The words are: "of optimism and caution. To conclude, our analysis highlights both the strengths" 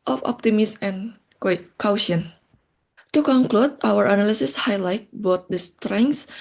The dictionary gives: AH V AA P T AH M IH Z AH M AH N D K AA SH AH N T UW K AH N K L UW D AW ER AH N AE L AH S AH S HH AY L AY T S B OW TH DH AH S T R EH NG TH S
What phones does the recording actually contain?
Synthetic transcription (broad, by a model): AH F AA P T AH M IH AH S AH N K K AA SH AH N T UW K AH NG K L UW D AW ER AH N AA L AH S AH S HH AY L AY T B OW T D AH S T R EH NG S